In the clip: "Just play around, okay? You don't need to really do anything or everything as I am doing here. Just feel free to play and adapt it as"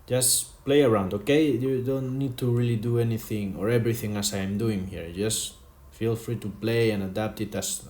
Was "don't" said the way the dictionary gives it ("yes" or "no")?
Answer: yes